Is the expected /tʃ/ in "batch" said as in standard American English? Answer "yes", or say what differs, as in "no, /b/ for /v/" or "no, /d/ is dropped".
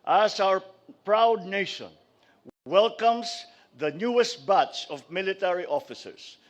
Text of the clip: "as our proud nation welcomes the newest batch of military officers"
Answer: no, /s/ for /tʃ/